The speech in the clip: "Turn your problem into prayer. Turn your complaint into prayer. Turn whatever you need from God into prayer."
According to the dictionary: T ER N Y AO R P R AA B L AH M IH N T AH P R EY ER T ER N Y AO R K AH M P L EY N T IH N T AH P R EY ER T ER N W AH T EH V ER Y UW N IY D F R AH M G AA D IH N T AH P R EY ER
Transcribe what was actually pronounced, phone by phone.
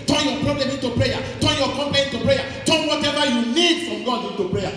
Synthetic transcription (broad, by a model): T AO Y AO P R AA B L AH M IH N T AH P R EY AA T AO Y AO K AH M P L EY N IH N T AH P R EY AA T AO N W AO T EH V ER Y UW L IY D F R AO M G AA D IH N T AH P R EY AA